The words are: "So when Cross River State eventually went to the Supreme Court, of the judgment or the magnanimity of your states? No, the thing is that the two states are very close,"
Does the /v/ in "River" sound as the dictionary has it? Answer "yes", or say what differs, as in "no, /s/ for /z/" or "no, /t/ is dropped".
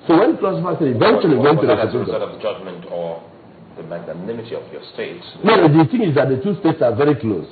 no, /f/ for /v/